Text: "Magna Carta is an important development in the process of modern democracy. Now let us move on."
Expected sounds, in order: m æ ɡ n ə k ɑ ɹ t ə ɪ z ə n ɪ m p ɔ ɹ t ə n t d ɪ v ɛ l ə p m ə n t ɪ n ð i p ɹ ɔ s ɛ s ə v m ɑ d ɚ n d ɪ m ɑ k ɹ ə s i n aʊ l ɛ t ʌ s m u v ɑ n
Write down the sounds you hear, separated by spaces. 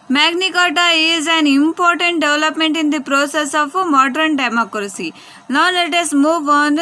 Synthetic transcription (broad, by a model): m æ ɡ n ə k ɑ t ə ɪ z ə n ɪ m p ɔ ɹ t ə n t d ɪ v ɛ l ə p m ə n t ɪ n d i p ɹ ɔ s ɛ s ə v m ɑ d ɚ n d ɪ m ɑ k ɹ ə s i l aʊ n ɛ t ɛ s m u v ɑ n